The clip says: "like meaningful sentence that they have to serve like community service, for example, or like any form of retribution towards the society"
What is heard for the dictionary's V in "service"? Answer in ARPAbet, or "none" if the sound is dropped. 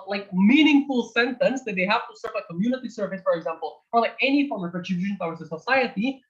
V